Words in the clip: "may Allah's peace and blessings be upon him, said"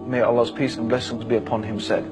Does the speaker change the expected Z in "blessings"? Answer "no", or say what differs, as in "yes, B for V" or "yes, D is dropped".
no